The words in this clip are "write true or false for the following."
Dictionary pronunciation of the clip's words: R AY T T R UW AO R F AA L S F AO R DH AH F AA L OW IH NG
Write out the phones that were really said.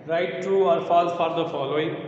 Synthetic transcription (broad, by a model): R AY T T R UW AO R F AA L F AO R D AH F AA L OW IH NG